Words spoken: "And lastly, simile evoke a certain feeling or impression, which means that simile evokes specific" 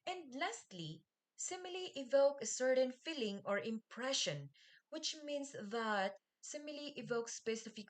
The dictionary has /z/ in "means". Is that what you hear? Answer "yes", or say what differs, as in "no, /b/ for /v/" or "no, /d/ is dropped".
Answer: no, /s/ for /z/